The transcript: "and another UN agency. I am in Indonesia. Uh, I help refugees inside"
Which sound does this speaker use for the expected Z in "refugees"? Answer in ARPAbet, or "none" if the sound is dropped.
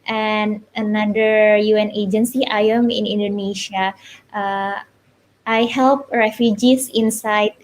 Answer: S